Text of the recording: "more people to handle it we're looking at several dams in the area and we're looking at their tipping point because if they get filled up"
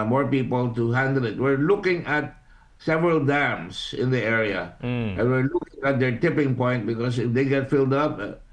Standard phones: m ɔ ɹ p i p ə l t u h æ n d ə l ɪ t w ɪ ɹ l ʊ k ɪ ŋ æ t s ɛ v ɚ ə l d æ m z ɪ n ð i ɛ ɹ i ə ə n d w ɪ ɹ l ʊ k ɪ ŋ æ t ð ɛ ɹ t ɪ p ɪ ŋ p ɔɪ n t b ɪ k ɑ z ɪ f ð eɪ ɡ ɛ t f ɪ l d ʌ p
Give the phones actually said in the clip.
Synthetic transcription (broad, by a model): m ɔ ɹ p i p ə l t u h æ n d ə l ɪ t w ɪ ɹ l ʊ k ɪ ŋ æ t s ɛ v ɚ ə l d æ m s ɪ n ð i ɛ ɹ i ə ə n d w ɪ ɹ l ʊ k ɪ ŋ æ t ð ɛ ɹ t ɪ p ɪ ŋ p ɔɪ n t b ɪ k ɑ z ɪ f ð eɪ ɡ ɛ t f ɪ l d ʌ p